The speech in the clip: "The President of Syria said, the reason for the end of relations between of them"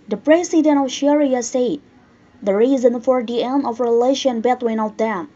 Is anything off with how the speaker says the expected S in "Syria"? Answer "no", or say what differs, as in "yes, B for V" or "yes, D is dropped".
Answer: yes, SH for S